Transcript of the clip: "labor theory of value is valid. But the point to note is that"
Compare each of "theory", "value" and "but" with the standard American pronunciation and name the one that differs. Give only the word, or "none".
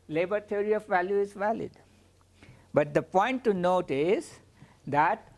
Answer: theory